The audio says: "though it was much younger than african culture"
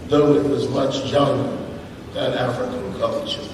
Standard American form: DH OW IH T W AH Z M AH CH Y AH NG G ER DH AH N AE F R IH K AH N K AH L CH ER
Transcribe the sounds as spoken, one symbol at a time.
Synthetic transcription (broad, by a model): DH OW IH T W AH Z M AH CH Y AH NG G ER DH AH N AE F R IH K AH N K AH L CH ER